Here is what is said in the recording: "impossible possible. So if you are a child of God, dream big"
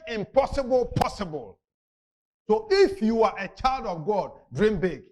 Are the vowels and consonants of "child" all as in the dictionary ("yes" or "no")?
yes